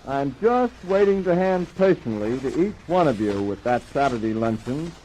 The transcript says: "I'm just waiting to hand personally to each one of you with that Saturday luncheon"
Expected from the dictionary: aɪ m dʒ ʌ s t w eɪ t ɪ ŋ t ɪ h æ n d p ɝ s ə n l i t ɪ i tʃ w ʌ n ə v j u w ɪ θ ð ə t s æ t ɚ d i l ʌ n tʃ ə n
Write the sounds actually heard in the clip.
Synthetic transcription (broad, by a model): aɪ m dʒ ʌ s t w eɪ t ɪ ŋ t ɪ h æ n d p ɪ ʃ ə n l i t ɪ i tʃ w ʌ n ə v j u w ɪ ð ə t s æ t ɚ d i l ʌ n tʃ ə n